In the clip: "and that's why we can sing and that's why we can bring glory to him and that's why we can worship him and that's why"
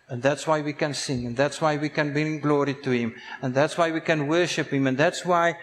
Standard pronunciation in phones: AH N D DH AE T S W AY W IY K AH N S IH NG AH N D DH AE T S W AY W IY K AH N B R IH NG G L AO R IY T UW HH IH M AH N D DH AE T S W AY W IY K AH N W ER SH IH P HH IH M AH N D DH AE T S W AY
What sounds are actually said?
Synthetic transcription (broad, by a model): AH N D DH AE T S W AY W IY K AH N S IH NG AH N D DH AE T S W AY W IY K AH N B IH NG G L AO R IY T UW HH IH M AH N DH AE T S W AY W IY K AH N W ER SH IH P HH IH M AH N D DH AE T S W AY